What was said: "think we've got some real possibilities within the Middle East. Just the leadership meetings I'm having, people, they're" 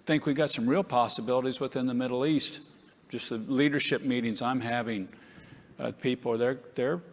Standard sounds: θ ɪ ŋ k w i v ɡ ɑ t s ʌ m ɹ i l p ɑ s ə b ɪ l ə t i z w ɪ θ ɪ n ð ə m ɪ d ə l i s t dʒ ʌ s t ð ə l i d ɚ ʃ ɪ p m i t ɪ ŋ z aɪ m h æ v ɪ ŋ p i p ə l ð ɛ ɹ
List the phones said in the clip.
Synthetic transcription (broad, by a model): θ ɪ ŋ k w i ɡ ɑ t s ʌ m ɹ i l p ɑ s ə b ɪ l ə t i z w ɪ θ ɪ n ð ə m ɪ d l i s t dʒ ʌ s t ð ə l i d ɚ ʃ ɪ p m i t ɪ ŋ z aɪ m h æ v ɪ ŋ p i p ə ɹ ð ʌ ɹ